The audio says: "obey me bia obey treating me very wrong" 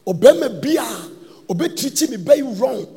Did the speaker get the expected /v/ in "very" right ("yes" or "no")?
no